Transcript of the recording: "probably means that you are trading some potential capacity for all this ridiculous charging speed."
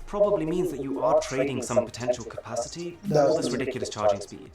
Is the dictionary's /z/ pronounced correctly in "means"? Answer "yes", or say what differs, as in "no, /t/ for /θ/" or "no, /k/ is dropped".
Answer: yes